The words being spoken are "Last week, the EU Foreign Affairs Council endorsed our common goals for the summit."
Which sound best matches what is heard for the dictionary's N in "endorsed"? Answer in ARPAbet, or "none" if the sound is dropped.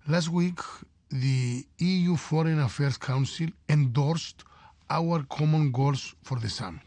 N